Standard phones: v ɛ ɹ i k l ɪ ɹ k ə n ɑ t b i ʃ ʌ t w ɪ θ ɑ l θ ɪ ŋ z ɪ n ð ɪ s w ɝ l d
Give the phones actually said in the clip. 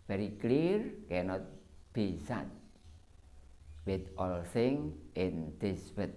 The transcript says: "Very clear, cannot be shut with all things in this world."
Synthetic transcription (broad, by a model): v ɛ ɹ i k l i ɹ k ə n ɑ t b i s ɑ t w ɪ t ɑ l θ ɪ ŋ ɪ n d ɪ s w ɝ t